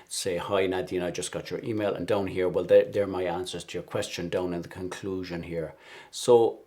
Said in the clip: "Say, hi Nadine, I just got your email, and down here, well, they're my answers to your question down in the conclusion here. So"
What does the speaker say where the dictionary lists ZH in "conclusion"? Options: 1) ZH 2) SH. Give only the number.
1